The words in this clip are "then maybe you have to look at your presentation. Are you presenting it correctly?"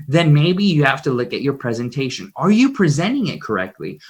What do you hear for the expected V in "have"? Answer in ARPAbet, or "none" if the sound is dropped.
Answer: F